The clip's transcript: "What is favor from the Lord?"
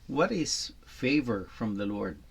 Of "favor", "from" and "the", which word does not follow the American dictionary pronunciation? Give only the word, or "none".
none